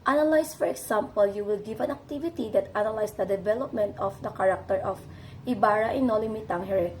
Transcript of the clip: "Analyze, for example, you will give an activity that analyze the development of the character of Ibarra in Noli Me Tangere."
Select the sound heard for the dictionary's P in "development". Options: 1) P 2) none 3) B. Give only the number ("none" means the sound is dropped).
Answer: 1